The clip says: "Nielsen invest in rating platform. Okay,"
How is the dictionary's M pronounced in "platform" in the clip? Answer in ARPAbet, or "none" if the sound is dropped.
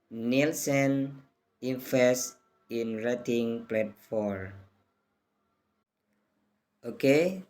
none